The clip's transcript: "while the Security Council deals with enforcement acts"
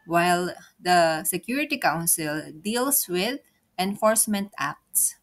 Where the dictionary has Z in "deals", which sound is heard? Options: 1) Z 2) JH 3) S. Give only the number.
3